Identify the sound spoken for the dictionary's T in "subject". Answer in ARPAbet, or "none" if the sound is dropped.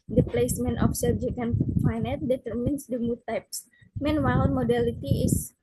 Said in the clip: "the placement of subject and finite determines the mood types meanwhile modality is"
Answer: none